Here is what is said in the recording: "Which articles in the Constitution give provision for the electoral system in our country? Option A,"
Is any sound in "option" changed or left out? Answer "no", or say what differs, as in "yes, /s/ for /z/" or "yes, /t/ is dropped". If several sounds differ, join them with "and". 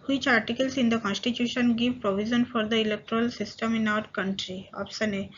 yes, /s/ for /ʃ/